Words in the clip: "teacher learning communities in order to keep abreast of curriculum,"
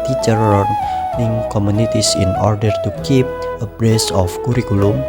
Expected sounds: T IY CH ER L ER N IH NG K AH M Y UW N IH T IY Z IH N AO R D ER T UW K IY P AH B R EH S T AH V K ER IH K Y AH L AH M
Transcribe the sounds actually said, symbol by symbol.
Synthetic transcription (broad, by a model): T IY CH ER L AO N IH NG K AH M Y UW N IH T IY S IH N AO R D ER T UW K IY P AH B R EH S AH F K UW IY K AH L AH M